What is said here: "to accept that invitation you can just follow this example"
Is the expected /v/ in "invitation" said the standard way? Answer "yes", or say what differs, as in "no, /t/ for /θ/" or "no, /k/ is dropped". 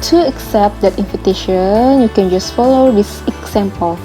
no, /f/ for /v/